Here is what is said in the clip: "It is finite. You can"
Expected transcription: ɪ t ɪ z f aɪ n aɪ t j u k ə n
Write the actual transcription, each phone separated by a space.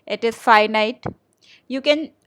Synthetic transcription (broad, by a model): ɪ t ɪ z f aɪ n aɪ t j u k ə n